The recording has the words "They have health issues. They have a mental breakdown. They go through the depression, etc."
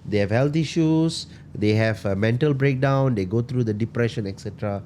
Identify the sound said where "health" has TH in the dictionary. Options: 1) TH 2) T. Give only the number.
2